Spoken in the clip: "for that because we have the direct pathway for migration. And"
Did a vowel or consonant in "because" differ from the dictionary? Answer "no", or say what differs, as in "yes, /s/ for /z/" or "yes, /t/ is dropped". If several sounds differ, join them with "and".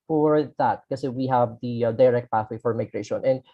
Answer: yes, /z/ is dropped